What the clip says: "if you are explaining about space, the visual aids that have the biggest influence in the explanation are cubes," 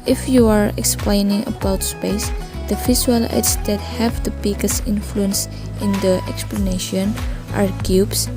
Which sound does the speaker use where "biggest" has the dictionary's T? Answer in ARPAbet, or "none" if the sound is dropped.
none